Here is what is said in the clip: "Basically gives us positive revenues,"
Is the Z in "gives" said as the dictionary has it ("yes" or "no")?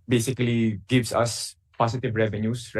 no